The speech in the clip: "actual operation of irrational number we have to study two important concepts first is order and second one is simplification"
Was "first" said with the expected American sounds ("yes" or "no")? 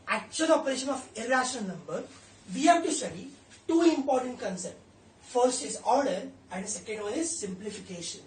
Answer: yes